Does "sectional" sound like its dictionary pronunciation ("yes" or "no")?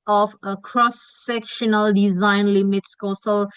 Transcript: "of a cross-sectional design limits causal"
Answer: yes